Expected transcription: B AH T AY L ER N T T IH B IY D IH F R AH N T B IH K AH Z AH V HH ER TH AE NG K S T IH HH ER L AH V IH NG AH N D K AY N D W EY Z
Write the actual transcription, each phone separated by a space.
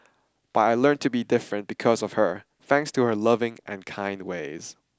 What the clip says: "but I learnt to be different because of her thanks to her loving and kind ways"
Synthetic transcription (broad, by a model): B AH T AY L ER N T T IH B IY D IH F R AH N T B IH K AH Z AH V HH ER TH AE NG K S T IH HH ER L AH V IH NG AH N K AY N D W EY Z